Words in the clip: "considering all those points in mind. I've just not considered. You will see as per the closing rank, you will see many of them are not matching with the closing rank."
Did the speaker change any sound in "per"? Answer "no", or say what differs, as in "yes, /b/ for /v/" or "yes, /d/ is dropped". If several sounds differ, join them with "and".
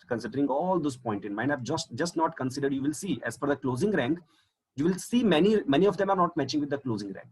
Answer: yes, /f/ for /p/